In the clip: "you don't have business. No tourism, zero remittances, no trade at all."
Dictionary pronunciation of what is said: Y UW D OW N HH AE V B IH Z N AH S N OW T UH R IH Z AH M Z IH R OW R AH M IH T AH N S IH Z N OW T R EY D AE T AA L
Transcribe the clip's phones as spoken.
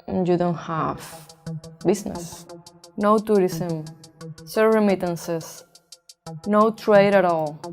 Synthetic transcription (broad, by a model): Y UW D OW N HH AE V B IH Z N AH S N OW T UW R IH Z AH M S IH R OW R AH M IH T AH N S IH S N OW T R EY D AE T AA L